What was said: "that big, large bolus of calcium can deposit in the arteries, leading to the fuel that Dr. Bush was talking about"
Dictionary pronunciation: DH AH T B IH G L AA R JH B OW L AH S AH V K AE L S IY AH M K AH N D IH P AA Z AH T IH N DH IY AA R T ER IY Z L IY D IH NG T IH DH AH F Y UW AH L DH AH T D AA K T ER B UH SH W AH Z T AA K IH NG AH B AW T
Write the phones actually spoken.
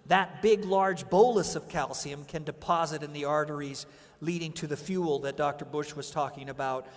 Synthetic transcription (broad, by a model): DH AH T B IH G L AA R JH B OW L AH S AH V K AE L S IY AH M K AH N D IH P AA Z AH T IH N DH IY AA R T ER IY Z L IY D IH NG T IH DH AH F Y UW L DH AH T D AA K T ER B UH SH W AH Z T AA K IH NG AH B AW T